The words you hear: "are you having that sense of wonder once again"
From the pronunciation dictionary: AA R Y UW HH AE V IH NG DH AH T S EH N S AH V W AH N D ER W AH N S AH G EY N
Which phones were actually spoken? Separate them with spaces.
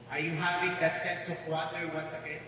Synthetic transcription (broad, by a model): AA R Y UW HH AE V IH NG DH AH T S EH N S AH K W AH D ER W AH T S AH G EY